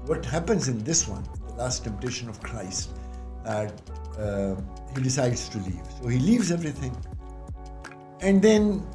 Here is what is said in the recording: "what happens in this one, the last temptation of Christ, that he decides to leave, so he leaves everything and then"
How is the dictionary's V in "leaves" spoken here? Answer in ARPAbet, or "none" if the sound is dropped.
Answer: V